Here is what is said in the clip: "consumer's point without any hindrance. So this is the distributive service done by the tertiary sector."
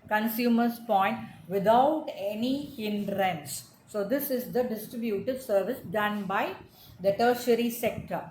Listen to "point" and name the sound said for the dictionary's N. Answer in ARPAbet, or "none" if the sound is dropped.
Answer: N